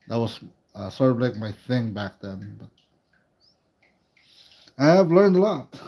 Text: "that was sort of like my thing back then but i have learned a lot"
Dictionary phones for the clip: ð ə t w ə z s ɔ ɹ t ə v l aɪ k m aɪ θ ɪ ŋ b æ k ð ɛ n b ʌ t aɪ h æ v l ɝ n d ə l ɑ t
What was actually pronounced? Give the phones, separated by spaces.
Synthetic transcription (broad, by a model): ð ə t w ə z s ɔ ɹ t ə v l aɪ k m aɪ θ ɪ ŋ b æ k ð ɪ n b ʌ t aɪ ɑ v l ɝ n d ə l ɑ t